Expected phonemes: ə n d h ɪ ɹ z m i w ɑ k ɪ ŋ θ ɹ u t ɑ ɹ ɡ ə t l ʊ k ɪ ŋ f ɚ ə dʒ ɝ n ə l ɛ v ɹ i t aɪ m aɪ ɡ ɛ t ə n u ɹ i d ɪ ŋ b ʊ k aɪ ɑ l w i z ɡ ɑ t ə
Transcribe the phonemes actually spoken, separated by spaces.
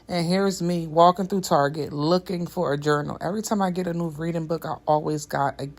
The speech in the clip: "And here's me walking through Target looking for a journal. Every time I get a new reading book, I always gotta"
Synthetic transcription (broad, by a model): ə n h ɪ ɹ z m i w ɑ k ɪ ŋ θ ɹ u t ɑ ɹ ɡ ə t l ʊ k ɪ ŋ f ɚ ə dʒ ɝ n l ɛ v ɹ i t aɪ m aɪ ɡ ɛ t ə n u ɹ i d ɪ ŋ b ʊ k aɪ ɑ l w i z ɡ ɑ t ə